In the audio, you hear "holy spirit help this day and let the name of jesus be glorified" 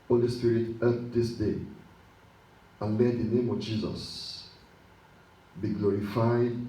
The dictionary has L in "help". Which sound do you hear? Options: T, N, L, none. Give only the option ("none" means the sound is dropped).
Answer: none